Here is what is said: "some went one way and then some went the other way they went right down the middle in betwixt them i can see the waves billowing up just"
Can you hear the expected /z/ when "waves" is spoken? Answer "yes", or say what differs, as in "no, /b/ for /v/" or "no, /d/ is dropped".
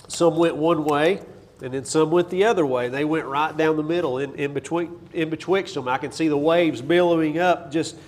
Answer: yes